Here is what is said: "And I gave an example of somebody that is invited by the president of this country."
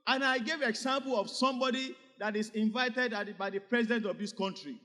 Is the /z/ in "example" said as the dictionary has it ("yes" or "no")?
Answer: no